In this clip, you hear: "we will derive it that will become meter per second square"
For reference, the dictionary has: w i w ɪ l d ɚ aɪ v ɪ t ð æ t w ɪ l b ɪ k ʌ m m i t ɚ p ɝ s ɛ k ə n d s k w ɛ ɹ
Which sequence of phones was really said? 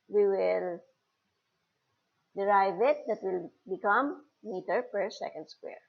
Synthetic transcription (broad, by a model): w i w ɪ l d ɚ aɪ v ɪ t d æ t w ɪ l b ɪ k ʌ m m i t ɚ p ɝ s ɛ k ə n d s k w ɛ ɹ